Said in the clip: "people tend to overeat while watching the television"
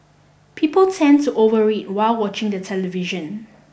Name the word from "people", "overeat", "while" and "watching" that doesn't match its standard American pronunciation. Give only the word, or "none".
none